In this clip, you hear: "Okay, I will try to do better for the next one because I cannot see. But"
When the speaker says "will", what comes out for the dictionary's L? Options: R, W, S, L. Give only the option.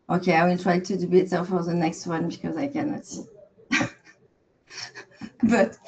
L